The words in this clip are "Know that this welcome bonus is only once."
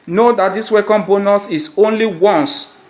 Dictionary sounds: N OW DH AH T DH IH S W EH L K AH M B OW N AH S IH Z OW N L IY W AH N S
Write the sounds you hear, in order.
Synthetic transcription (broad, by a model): N OW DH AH T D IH S W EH K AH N B OW N AH S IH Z OW N L IY W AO N S